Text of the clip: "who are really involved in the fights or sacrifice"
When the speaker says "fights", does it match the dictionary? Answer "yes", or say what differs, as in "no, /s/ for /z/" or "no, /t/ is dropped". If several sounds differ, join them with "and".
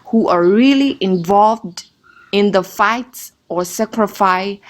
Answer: yes